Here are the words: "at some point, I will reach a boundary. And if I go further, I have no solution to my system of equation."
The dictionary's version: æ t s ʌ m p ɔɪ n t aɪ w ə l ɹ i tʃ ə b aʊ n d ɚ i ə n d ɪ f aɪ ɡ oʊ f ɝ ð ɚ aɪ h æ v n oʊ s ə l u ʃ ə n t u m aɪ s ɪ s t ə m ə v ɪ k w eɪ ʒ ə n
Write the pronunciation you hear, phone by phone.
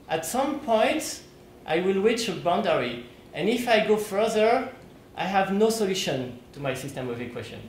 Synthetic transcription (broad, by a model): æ t s ʌ m p ɔɪ n t aɪ w ə l w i tʃ ə b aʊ n d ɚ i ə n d ɪ f aɪ ɡ oʊ f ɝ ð ɚ aɪ h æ v n oʊ s ə l u ʃ ə n t u m aɪ s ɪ s t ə m ə v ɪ k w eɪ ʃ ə n